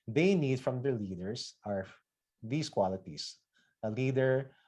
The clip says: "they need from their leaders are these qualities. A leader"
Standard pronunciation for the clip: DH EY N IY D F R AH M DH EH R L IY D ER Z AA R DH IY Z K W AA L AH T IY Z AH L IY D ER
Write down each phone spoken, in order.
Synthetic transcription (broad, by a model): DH EY N IY D F R AH M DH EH R L IY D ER S AA R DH IY S K W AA L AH T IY S AH L IY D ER